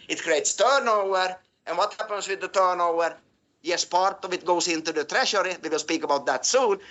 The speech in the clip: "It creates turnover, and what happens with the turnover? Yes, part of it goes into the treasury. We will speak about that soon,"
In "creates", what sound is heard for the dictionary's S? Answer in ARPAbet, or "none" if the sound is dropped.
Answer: S